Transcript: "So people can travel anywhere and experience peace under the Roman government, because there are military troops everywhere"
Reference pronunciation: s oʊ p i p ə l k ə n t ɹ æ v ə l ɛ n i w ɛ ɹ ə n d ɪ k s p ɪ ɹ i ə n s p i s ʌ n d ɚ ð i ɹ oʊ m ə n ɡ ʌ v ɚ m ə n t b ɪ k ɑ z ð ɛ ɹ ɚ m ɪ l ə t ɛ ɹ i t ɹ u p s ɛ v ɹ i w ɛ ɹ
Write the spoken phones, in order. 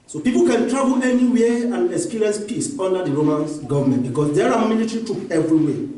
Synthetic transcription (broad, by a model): s oʊ p i p ə l k ə n t ɹ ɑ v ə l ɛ n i w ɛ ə n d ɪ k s p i ɹ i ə n s p i s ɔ n d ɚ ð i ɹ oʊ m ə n ɡ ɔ v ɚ m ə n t b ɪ k ɑ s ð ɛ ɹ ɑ m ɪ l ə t ɹ i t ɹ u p ɛ v ɹ i w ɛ